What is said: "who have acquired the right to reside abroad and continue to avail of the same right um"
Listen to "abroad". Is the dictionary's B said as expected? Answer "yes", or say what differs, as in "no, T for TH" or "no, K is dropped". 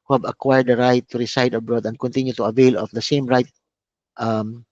yes